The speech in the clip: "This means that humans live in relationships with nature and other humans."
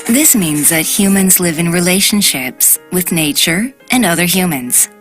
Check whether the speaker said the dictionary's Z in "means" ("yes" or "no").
yes